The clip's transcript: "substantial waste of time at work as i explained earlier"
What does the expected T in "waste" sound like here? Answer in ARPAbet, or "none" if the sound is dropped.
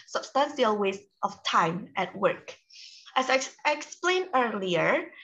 T